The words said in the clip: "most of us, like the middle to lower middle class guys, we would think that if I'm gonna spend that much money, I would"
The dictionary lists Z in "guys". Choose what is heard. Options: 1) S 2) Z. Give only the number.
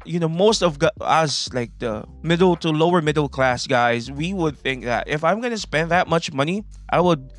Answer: 2